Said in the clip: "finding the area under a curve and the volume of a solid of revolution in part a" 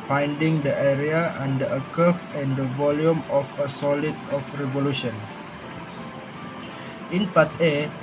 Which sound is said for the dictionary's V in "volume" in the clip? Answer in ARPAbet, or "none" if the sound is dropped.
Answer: V